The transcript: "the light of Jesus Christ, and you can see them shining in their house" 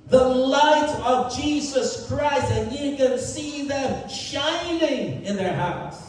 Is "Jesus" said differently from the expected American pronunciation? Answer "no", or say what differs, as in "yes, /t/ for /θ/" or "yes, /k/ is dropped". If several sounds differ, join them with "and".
no